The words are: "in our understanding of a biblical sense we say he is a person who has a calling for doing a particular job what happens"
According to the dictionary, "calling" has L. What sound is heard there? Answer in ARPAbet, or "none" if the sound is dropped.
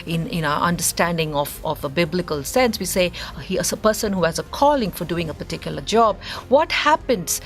L